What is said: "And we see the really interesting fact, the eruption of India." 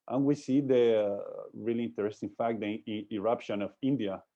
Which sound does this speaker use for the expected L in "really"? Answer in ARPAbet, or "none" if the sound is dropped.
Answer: L